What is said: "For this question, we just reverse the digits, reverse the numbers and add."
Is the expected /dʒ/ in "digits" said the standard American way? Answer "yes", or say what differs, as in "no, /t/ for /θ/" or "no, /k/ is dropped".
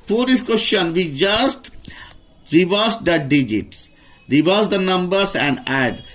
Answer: yes